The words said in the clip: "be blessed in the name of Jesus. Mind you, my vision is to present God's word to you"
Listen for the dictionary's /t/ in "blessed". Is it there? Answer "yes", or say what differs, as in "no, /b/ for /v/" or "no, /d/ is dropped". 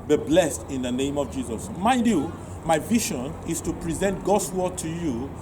yes